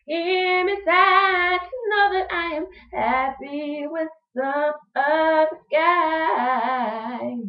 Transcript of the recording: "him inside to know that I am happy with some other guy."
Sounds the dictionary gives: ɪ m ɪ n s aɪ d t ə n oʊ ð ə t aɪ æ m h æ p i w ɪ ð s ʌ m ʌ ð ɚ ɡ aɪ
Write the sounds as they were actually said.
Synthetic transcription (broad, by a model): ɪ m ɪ s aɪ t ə n oʊ ð ə t aɪ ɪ m h æ p i w ɪ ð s ʌ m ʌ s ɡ aɪ